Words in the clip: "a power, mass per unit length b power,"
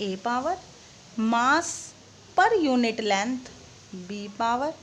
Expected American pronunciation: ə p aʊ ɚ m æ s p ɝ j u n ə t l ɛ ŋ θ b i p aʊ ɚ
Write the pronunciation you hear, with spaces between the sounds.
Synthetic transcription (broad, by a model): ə p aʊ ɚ m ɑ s p ɝ j u n ə t l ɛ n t b i p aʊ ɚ